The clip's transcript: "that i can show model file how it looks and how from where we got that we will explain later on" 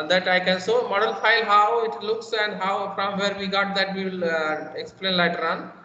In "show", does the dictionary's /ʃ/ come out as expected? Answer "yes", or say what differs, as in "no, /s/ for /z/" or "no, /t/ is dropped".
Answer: no, /s/ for /ʃ/